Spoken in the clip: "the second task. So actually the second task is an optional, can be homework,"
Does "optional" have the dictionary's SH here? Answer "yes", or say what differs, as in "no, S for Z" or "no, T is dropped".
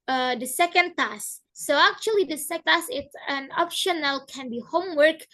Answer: yes